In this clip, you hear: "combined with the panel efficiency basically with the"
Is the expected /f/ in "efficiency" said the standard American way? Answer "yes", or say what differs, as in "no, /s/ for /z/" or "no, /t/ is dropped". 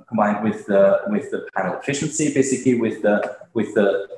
yes